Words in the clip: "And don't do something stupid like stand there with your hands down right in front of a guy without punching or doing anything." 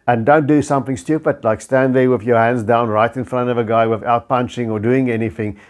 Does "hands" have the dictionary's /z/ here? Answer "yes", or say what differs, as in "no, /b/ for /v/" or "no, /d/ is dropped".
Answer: yes